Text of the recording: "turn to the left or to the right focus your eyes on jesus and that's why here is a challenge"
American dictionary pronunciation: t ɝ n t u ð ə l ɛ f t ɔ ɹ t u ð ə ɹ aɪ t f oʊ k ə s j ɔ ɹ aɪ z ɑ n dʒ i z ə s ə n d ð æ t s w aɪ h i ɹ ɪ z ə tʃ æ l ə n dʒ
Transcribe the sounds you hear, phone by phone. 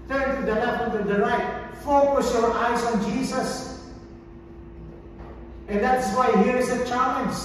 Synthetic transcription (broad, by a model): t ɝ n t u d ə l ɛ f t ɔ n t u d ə ɹ aɪ t f oʊ k ə s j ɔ ɹ aɪ s ɑ n dʒ i s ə s ə n d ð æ t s w aɪ h i ɹ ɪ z ə tʃ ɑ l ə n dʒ